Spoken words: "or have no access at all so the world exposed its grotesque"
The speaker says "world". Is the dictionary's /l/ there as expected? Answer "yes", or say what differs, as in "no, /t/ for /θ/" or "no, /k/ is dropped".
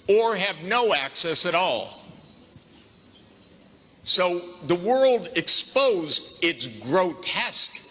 yes